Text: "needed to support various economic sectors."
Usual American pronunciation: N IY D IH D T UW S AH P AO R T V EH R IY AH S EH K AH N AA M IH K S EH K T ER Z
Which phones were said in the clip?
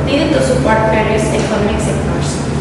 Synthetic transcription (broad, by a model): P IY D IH T UW S AH P AO R T P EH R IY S EH K AH N AA M IH K S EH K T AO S